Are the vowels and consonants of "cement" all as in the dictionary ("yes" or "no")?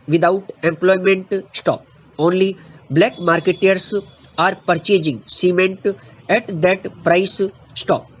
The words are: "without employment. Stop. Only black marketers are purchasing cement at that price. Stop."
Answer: yes